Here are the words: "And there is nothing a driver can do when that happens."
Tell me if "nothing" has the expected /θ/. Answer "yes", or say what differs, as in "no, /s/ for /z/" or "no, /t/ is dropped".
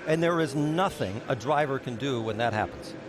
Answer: yes